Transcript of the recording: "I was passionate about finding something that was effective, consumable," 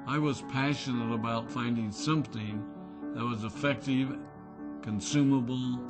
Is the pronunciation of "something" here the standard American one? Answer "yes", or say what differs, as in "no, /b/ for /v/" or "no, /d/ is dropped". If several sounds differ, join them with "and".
yes